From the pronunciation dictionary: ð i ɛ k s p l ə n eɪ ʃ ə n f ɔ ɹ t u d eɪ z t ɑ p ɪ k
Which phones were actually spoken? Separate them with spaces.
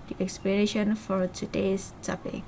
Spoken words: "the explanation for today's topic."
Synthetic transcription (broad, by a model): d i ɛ k s p ə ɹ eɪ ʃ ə n f ɔ ɹ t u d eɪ s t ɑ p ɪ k